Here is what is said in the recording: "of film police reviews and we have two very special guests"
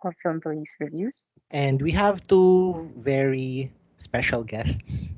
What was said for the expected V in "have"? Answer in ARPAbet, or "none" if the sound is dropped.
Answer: V